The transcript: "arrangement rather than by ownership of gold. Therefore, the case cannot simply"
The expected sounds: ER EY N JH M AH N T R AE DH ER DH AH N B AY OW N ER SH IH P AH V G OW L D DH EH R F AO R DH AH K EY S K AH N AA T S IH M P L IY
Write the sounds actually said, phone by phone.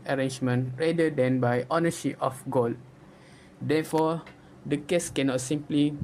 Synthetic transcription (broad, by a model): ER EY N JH M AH N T R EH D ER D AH N B AY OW N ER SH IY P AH F G OW L D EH F AO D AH K EY S K AH N AA T S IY M P L IY